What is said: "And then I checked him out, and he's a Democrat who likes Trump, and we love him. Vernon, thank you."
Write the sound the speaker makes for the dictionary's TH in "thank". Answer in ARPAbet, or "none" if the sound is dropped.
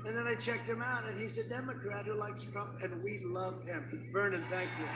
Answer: TH